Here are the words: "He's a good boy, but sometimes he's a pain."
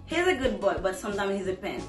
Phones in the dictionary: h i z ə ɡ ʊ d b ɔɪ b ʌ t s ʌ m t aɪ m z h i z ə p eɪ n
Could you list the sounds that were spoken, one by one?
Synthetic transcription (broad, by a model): h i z ə ɡ ʊ d b ɔɪ b ʌ t s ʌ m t aɪ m h i z ə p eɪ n